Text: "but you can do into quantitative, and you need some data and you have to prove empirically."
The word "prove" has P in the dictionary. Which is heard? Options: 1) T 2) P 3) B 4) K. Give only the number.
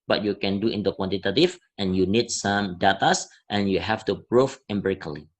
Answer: 3